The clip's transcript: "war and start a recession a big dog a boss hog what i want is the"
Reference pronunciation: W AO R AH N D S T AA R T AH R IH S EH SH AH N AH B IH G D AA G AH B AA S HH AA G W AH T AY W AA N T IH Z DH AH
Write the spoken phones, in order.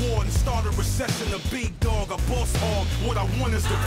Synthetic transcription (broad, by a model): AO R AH N S T AA R T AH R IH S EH S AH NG AH B IH G D AA G AH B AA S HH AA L W AH T AY W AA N IH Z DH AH